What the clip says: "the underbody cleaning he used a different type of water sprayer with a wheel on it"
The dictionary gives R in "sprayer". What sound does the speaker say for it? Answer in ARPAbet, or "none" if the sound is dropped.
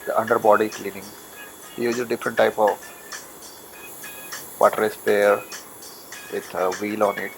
none